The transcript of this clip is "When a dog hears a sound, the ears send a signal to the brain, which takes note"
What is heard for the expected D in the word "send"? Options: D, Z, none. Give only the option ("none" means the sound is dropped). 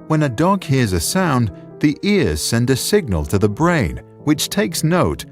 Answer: D